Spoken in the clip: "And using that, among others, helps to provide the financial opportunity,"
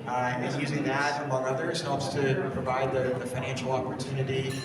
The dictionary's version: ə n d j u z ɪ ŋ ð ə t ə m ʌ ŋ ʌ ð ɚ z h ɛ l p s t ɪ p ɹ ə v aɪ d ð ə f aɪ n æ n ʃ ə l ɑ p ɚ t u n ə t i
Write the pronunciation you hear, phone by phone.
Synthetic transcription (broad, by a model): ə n j u z ɪ ŋ ð ə t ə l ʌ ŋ ʌ ð ɚ z h ɛ l p s t ɪ p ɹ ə v aɪ d ð ə f aɪ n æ n ʃ l ɑ p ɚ t u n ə t i